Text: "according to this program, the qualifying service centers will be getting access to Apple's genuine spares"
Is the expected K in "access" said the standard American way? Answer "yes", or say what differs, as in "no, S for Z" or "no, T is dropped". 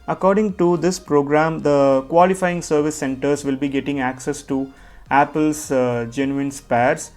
yes